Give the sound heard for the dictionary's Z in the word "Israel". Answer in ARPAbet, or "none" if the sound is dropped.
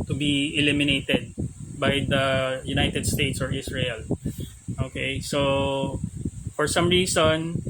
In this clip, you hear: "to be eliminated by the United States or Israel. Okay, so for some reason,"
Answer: S